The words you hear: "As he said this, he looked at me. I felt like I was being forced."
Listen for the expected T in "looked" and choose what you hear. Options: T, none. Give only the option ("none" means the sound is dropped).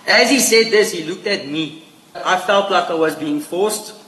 T